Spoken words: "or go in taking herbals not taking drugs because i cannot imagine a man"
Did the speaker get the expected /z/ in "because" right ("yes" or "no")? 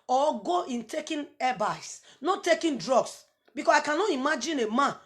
no